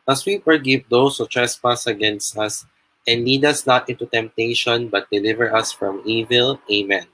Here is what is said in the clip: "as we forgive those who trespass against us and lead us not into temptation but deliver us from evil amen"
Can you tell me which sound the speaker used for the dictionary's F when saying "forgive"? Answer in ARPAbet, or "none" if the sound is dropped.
P